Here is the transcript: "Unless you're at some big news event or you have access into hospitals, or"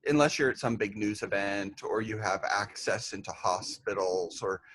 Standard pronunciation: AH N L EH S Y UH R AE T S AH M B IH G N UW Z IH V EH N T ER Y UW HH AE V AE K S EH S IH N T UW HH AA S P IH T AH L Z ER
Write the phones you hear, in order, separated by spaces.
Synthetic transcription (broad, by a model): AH N L EH S Y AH R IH T S AH M B IH G N UW Z IH V EH N T ER Y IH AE V AE K S EH S IH N T UW HH AA S P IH T L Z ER